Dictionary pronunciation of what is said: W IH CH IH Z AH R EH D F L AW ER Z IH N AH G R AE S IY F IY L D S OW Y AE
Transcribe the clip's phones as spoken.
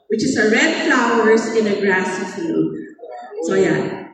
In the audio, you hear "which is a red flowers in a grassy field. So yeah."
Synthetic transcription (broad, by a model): W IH CH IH S AH R EH D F L AW ER S IH N AH G R AE S IY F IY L S OW Y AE